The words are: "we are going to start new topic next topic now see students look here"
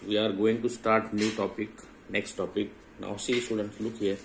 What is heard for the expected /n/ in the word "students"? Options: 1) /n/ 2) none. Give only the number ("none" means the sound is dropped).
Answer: 1